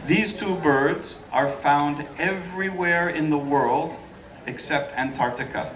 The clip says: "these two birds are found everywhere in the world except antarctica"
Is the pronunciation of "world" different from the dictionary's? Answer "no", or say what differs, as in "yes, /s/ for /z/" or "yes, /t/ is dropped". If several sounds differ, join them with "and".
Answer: no